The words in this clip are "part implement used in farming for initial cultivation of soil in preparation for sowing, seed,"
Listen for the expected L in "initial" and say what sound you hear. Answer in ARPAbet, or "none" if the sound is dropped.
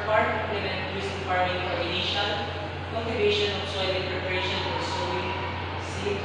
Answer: N